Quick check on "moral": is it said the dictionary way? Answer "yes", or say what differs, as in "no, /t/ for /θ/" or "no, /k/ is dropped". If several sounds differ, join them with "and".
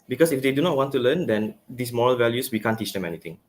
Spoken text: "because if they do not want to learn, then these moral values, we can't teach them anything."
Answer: yes